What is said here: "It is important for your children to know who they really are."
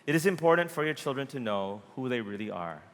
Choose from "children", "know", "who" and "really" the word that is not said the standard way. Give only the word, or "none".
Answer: none